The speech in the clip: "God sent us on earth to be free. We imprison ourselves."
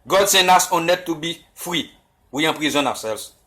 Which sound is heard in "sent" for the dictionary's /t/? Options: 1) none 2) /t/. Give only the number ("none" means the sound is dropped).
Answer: 1